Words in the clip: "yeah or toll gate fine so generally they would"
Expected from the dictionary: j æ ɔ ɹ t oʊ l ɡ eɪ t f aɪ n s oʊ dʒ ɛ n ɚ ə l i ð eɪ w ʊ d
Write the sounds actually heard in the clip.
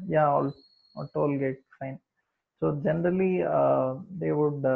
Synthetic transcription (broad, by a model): j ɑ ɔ l t oʊ l ɡ eɪ t f aɪ n s oʊ dʒ ɛ n ɚ ə l i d eɪ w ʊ d